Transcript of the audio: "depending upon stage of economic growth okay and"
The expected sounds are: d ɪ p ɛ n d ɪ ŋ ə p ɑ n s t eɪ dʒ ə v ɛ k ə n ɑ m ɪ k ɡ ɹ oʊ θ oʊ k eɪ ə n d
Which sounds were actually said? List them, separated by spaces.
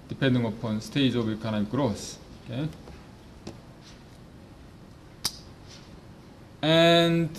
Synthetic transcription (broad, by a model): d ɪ p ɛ n d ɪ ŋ ə p ɑ n s t eɪ dʒ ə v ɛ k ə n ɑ ɪ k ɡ ɹ oʊ s oʊ k eɪ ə n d